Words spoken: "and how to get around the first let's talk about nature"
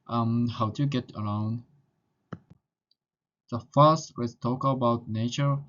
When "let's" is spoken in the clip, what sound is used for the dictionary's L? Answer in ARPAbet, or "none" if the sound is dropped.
W